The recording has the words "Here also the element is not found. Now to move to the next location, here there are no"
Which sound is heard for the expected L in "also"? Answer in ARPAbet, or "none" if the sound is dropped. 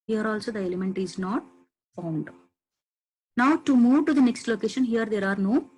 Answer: L